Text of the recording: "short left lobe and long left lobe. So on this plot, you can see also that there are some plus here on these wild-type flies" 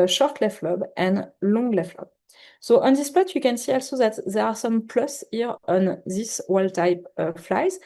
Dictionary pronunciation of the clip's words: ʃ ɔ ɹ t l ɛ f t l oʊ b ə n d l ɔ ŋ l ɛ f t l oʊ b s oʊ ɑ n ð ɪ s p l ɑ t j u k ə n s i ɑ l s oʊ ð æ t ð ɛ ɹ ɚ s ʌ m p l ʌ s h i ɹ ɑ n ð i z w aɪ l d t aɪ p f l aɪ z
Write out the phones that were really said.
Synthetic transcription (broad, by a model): ʃ ɔ ɹ t l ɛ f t l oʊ b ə n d l ɔ ŋ l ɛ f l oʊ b s oʊ ɑ n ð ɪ s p ɑ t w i k ə n s i ɑ l s oʊ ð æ t ð ɛ ɹ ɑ s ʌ m p l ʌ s h i ɹ ɑ n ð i s w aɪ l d t aɪ p f l aɪ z